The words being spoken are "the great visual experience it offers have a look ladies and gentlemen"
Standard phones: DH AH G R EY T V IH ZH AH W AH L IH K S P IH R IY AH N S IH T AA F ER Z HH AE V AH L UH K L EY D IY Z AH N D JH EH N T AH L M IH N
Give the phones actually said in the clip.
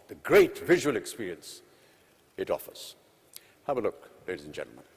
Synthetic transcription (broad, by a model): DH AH G R EY T V IH ZH AH W AH L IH K S P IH R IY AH N S IH T AA F ER Z HH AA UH AH L UH K L EY D IY Z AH N JH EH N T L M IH N